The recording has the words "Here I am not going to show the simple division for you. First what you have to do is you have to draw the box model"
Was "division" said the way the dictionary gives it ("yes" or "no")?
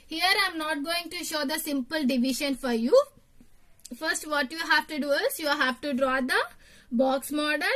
no